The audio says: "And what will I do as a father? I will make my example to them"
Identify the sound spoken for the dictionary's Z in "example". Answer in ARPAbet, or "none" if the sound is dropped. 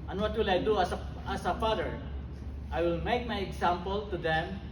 S